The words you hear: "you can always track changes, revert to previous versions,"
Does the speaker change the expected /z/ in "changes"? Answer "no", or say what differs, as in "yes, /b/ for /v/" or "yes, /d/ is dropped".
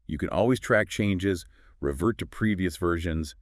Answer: no